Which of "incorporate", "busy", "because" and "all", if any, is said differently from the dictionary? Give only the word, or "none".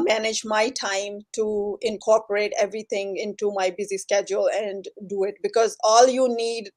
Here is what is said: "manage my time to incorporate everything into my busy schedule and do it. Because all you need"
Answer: none